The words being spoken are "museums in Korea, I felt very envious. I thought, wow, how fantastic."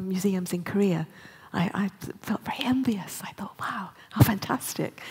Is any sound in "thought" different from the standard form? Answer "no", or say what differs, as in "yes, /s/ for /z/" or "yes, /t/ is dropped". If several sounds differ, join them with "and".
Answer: no